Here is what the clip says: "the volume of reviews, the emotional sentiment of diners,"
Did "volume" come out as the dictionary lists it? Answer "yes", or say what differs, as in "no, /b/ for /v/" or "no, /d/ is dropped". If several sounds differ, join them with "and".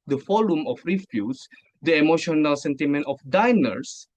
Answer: no, /f/ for /v/